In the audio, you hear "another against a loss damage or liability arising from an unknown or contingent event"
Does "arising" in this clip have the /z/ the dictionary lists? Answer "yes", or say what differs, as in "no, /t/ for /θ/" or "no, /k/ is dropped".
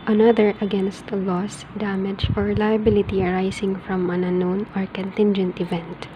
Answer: no, /s/ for /z/